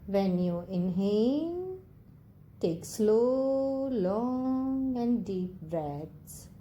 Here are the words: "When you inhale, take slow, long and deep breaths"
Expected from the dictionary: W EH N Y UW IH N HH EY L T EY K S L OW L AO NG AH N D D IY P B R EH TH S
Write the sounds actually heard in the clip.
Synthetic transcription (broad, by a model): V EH N Y UW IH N HH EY N T EY K S L OW L AO NG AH N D D IY P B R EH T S